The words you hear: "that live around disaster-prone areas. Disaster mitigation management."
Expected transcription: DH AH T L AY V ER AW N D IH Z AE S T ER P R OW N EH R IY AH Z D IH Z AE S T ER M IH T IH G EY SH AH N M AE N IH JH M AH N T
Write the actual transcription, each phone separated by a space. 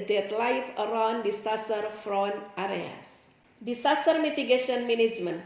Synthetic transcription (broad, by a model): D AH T L AY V ER AW N D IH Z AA S T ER F R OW N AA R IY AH S D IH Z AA S T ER M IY T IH G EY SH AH N M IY N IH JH M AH N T